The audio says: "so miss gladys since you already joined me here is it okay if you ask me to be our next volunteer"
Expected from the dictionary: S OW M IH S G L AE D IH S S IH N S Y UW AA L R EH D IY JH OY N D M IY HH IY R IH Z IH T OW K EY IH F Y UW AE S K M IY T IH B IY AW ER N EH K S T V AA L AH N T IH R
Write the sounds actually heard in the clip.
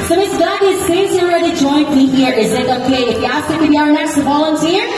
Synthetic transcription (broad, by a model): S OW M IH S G AE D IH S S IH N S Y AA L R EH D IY JH OY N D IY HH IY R IH Z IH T OW K EY IH F Y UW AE S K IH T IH B IY AW ER N EH K S T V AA L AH N T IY R